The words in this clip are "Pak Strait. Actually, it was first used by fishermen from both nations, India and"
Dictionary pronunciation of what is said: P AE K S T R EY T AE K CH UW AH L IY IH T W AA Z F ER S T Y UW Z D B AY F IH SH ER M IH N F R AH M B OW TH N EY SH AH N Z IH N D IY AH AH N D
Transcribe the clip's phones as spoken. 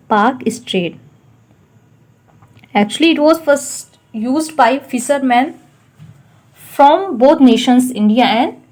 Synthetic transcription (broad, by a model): P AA K S T R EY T AE K CH UW AH L IY IH T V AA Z F ER S T Y UW Z D B AY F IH S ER M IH N F R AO M B OW T N EY SH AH N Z IH N D IY AH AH N D